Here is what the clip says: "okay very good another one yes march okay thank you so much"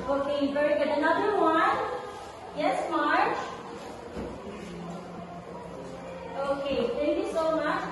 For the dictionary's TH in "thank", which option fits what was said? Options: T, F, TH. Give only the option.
T